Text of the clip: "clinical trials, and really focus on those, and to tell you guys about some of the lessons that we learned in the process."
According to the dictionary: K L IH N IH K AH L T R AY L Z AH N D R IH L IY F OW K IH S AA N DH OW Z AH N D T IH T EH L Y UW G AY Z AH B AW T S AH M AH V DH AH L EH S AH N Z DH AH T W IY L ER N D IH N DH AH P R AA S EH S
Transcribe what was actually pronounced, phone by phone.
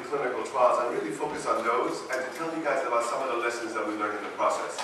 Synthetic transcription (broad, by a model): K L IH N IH K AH L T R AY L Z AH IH R IH L IY F OW K IH S N DH OW Z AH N T IH T EH L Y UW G AY Z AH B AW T S AH M AH V DH AH L EH S AH N Z DH AH T W IY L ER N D IH N DH AH P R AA S EH S